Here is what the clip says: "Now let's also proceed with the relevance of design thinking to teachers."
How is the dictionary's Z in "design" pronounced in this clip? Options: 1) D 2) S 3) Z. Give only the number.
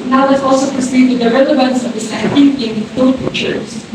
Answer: 2